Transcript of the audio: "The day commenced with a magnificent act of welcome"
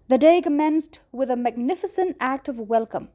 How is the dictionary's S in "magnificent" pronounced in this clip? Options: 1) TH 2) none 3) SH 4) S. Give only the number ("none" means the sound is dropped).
4